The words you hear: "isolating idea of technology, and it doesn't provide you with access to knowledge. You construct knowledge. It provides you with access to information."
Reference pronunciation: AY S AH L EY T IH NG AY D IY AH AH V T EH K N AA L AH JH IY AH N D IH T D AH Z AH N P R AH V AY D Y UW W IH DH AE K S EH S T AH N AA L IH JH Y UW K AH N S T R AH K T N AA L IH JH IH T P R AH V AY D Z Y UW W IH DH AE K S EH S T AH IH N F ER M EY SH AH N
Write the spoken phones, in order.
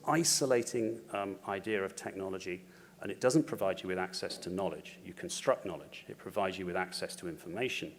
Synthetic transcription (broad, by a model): AY S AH L EY T IH NG AY D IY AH AH V T EH K N AA L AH JH IY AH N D IH T D AH Z AH N P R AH V AY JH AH W IH DH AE K S EH S T AH N AA L IH JH Y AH K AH N S T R AH K N AA L IH JH IH T P R AH V AY D Z Y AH W IH DH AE K S EH S T AH IH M F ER M EY SH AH N